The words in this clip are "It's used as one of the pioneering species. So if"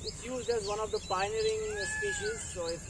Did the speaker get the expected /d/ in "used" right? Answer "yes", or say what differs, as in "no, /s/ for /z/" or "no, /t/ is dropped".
yes